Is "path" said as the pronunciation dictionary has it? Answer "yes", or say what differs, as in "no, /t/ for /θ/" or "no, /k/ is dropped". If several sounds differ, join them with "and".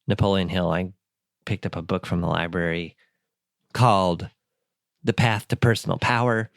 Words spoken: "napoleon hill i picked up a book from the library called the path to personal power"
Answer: yes